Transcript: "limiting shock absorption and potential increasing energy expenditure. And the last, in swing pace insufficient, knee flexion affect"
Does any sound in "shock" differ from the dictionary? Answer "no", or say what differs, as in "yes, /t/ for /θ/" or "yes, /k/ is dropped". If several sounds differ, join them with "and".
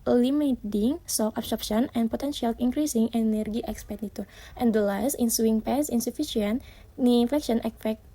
yes, /s/ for /ʃ/